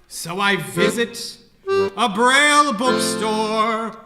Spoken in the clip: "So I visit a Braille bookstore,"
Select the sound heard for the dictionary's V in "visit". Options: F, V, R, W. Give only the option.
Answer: V